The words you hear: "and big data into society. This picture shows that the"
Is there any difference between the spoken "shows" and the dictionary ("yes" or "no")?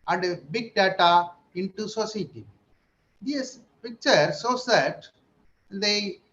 yes